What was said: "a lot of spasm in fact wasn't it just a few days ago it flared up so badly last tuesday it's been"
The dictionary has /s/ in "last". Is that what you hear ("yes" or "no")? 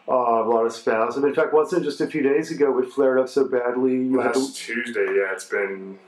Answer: no